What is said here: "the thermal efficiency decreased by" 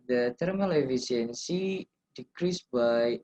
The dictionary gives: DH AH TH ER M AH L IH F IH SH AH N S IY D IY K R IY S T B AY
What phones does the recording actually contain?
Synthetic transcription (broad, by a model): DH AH T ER M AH L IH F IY S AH N S IY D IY K R IY S B AY